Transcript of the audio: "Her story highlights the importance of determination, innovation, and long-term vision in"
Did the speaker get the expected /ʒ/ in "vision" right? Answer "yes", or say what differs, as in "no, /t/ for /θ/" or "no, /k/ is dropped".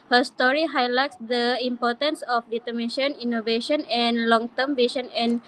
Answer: no, /ʃ/ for /ʒ/